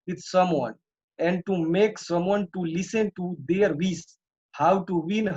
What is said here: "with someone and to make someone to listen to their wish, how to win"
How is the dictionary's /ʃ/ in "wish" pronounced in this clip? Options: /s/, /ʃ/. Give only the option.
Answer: /s/